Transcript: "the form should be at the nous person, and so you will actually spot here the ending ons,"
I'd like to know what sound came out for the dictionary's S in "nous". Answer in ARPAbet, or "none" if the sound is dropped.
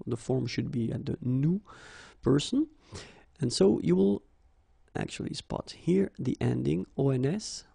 none